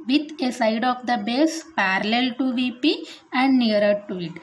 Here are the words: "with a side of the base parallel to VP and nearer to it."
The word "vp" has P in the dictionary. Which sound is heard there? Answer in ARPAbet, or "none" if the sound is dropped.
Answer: P